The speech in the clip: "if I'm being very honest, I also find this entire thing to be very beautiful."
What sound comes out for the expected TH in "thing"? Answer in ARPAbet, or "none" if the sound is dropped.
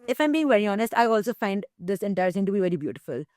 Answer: S